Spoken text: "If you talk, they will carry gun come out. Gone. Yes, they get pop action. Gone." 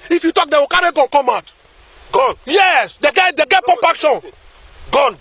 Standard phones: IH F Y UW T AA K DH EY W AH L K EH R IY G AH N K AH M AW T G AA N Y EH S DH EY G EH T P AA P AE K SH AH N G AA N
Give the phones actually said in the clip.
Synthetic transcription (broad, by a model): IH F Y UW T AA K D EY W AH K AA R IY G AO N K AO M AW T G AA N Y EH S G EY G EH T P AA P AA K S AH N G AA N